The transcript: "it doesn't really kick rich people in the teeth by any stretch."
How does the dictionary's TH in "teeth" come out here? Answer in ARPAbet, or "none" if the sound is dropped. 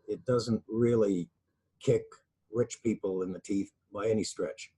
TH